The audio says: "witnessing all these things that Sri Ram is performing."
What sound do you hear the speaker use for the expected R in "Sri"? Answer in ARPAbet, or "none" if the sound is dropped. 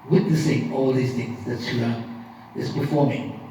none